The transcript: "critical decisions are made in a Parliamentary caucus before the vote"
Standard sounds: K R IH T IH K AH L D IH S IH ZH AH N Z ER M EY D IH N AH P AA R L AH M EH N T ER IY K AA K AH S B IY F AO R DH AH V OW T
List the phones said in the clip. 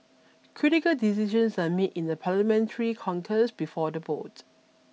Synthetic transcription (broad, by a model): K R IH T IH K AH L D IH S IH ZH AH N S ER M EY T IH N AH P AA L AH M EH N T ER IY K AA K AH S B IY F AO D AH B OW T